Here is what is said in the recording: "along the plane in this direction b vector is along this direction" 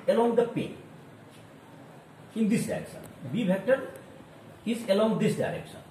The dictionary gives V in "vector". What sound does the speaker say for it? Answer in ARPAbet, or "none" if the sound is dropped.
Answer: B